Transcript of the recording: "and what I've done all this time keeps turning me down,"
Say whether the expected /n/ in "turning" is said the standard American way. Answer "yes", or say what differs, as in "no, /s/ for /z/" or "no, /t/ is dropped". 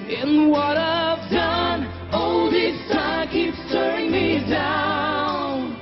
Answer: no, /n/ is dropped